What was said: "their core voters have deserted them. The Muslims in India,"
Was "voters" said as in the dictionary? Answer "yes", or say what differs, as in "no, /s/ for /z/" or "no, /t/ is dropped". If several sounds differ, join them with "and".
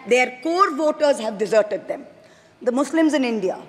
yes